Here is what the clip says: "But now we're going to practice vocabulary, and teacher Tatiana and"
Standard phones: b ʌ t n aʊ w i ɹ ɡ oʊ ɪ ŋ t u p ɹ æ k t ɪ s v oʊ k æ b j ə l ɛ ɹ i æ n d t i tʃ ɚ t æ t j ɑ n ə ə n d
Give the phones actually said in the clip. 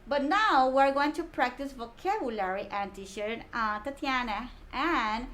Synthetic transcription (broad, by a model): b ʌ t n aʊ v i ɹ ɡ oʊ ɪ ŋ t u p ɹ æ k t ɪ s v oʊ k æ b j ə l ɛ ɹ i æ n t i ʃ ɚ t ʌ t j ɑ n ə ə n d